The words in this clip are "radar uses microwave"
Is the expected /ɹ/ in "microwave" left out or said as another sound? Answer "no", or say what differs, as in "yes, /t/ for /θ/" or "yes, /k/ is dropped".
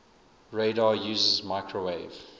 no